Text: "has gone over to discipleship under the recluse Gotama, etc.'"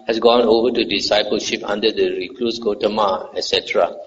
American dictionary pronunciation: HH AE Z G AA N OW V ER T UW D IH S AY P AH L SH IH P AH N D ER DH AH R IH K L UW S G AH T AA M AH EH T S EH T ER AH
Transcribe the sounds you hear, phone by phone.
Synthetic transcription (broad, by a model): HH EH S G AA N OW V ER T UW D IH S AY P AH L SH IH P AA N D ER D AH R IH K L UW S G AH T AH M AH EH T S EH T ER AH